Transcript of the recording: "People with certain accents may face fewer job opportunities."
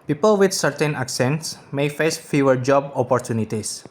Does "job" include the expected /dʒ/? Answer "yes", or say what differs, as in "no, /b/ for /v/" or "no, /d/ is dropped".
yes